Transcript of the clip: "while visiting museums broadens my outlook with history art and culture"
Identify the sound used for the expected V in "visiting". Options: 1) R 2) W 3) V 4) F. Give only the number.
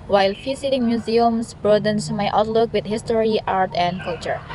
4